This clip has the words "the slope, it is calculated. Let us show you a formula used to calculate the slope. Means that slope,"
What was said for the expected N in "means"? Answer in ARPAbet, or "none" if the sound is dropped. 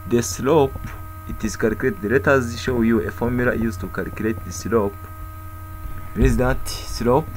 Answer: none